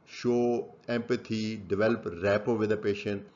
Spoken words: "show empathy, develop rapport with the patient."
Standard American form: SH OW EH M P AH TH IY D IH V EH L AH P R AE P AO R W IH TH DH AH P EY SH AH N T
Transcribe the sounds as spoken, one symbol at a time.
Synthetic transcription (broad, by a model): SH OW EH M P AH T IY D IH V EH L AH P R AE P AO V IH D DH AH P EY SH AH N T